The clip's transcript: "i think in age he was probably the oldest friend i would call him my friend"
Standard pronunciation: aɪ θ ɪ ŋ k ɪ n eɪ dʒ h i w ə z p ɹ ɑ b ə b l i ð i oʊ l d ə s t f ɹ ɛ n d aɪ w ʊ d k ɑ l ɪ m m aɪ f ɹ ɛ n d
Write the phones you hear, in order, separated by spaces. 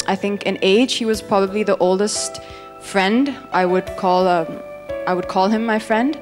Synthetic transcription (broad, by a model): aɪ θ ɪ ŋ k ɪ n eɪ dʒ h i w ə z p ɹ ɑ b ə b l i ð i oʊ l d ə s t f ɹ ɛ n d aɪ w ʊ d k ɑ l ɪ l m aɪ f ɹ ɛ n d